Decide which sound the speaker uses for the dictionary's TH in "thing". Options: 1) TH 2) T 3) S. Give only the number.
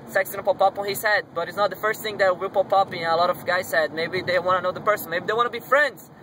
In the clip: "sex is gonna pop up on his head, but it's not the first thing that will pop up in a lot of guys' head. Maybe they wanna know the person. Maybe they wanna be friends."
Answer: 1